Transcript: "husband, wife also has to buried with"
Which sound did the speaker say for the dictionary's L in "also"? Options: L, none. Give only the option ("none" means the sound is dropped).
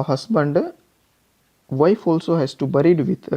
L